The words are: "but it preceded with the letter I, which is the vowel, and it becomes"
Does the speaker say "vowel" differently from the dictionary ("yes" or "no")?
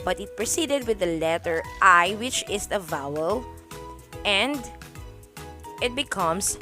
no